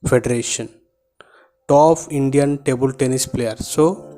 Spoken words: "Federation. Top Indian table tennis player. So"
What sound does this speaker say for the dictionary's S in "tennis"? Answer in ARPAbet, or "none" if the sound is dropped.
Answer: S